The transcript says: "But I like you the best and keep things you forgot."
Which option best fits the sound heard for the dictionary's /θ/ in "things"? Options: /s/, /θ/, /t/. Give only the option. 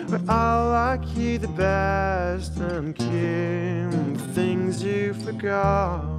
/θ/